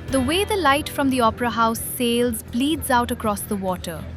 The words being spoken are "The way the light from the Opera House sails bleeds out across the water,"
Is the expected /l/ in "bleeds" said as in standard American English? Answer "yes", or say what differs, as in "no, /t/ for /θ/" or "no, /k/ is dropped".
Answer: yes